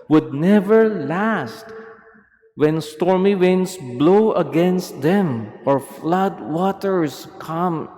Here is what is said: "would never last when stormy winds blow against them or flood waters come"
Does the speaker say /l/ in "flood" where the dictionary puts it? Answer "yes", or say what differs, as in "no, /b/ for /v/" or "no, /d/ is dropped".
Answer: yes